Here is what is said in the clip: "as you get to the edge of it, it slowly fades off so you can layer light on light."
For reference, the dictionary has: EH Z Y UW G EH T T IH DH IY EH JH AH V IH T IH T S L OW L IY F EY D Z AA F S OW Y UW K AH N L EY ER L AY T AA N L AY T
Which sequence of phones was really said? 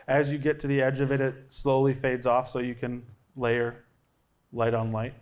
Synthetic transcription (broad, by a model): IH Z Y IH G EH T T IH DH IY EH JH AH V IH T IH T S L OW L IY F EY D Z AA F S OW Y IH K AH N L EY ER L AY T N L AY T